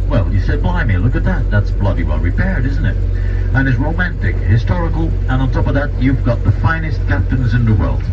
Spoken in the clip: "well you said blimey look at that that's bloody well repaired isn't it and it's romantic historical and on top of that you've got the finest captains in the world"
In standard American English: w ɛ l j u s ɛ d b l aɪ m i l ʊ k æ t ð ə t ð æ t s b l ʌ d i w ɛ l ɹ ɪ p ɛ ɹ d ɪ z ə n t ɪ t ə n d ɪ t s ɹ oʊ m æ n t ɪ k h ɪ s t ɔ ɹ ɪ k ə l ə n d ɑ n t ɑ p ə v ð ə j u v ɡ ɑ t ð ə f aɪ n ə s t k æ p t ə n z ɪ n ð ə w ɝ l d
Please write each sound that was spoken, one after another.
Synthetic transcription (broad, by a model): w ɛ l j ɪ s ɛ d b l aɪ m i l ʊ k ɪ t ð ə t ð æ t s b l ʌ d i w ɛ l ɹ ɪ p ɛ ɹ d ɪ z n t ɪ t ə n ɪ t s ɹ oʊ m æ n t ɪ k h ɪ s t ɔ ɹ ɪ k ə l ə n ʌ n t ɑ p ə v ð ə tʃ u v ɡ ɑ t ð ə f aɪ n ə s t k æ p t ə n z ɪ n ð ə w ɝ l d